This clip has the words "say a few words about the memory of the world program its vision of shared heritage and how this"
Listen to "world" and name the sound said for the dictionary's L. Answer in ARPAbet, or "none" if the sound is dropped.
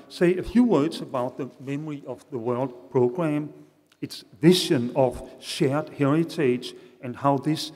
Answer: L